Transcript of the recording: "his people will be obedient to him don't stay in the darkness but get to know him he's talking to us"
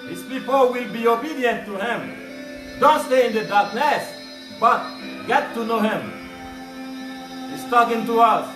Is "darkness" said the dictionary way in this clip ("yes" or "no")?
yes